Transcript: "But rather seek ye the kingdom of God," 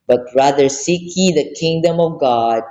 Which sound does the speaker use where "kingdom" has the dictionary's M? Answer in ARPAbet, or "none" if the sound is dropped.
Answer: M